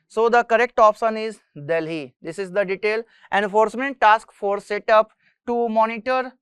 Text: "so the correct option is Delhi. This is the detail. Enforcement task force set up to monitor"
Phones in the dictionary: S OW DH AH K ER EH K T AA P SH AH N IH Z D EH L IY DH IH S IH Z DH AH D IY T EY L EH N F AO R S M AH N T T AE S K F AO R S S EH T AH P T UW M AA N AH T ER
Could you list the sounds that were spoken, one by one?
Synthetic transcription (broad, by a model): S OW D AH K ER EH K T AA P S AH N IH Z D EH L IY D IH S IH Z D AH D IY T EY L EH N F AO R S M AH N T T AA S K F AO R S S EH T AH P T UW M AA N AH T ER